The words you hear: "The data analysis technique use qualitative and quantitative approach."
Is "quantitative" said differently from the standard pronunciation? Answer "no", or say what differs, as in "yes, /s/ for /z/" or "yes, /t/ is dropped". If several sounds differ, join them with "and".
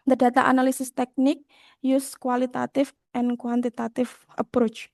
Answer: yes, /f/ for /v/